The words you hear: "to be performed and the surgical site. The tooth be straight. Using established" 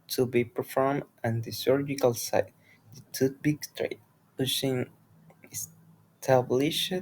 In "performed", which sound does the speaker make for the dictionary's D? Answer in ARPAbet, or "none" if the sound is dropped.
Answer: none